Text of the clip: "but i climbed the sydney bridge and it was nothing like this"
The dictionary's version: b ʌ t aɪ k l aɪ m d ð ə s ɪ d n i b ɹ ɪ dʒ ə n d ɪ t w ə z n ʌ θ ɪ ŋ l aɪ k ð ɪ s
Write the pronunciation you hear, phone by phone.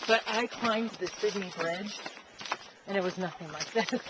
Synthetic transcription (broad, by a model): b ʌ t aɪ k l aɪ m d ð ə s ɪ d i b ɹ ɪ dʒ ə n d ɪ t w ə z n ʌ θ ɪ ŋ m aɪ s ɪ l